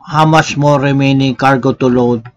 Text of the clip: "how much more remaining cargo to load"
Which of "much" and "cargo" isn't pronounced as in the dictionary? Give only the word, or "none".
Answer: much